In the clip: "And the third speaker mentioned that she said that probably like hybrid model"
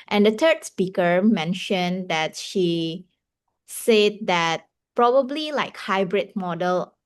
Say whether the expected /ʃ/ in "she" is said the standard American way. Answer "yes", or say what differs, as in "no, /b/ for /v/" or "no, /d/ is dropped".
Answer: yes